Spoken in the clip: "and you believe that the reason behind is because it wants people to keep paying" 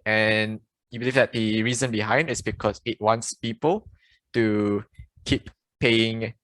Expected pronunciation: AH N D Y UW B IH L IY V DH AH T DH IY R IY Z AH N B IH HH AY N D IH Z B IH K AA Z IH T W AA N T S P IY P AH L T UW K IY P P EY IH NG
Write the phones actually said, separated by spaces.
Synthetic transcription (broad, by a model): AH N Y UW B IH L IY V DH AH T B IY R IY Z AH N B IH HH AY N D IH S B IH K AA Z IH T W AA N T S P IY P AH L T UW K IY P P EY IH NG